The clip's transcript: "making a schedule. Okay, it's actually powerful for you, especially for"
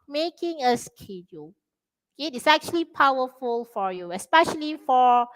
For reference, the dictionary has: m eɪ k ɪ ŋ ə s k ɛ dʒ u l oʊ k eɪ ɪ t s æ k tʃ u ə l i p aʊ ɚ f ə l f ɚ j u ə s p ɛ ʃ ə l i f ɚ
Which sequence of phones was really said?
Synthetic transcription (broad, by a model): m eɪ k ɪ ŋ ə s k ɛ dʒ u l oʊ k eɪ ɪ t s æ k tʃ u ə l i p aʊ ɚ f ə l f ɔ j u ə s p ɛ ʃ ə l i f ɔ